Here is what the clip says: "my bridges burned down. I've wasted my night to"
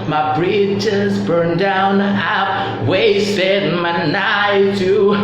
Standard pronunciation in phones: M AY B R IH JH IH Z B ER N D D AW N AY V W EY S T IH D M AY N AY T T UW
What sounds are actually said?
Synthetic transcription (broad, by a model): M AY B R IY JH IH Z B ER N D D AW N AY P W EY S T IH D M AY N AY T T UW